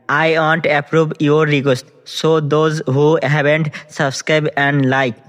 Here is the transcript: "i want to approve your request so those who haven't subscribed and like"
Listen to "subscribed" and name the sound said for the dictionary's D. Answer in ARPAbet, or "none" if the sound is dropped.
none